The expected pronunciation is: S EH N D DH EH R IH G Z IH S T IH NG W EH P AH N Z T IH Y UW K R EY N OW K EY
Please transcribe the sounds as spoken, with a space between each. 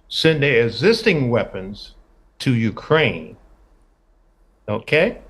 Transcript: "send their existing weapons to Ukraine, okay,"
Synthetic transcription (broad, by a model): S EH N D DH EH IH G Z IH S T IH NG W EH P AH N Z T IH Y UW K R EY N OW K EY